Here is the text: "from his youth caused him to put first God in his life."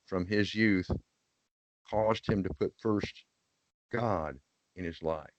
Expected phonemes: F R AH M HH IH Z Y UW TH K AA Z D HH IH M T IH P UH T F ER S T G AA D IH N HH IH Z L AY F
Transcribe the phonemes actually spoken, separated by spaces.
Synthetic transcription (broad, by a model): F R AH M IH Z Y UW TH K AA Z D HH IH M T IH P UH T F ER S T G AA D IH N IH Z L AY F